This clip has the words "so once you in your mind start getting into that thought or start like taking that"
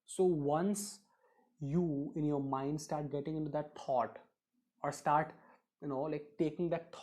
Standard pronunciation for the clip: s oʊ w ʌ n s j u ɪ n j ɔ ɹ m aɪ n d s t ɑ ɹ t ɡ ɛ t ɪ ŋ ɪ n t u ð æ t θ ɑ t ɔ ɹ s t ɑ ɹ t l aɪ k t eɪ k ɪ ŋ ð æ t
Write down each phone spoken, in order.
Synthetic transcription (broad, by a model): s oʊ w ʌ n s j u ɪ n j ɔ ɹ m aɪ n d s t ɑ ɹ t ɡ ɛ t ɪ ŋ ɪ n t u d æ t t ɑ t ɔ ɹ s t ɑ ɹ t l aɪ k t eɪ k ɪ ŋ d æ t